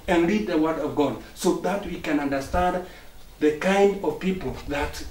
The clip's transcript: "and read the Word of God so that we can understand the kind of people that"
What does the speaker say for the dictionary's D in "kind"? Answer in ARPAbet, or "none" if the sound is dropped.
D